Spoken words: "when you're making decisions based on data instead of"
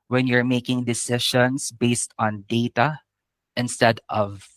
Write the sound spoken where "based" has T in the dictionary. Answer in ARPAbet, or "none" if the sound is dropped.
T